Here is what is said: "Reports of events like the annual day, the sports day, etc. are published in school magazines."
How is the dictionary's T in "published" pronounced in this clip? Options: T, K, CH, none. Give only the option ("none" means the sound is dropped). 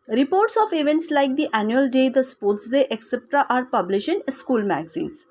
none